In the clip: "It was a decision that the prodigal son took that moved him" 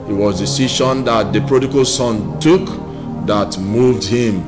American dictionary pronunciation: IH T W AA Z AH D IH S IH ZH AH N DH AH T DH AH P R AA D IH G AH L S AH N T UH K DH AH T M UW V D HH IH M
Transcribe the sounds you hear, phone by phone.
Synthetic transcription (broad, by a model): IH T W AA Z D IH S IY SH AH N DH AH T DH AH P R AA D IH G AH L S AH N T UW K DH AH T M UW V D HH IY M